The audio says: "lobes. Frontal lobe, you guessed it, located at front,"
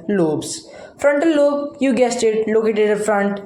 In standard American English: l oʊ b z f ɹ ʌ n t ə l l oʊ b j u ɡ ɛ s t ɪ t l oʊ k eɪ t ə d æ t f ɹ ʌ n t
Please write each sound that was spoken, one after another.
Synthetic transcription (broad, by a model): l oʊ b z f ɹ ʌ n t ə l l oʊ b j u ɡ ɛ s t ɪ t l oʊ k eɪ t ə d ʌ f ɹ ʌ n t